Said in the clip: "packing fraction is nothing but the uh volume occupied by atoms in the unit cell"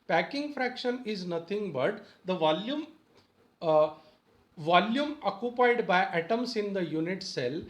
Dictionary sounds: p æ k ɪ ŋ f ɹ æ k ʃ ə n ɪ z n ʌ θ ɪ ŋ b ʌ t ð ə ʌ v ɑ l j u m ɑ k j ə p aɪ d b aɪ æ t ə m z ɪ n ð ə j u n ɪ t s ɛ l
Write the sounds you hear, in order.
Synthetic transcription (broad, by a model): p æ k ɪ ŋ f ɹ æ k ʃ ə n ɪ z n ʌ t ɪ ŋ b ʌ t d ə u v ɑ l j u m ɑ k j ə p aɪ d b aɪ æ t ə m s ɪ n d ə j u n ɪ t s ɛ l